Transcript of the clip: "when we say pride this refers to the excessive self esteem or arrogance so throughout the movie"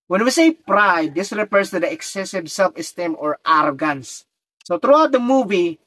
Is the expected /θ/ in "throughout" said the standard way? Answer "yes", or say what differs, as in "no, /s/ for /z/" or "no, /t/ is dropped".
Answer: no, /t/ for /θ/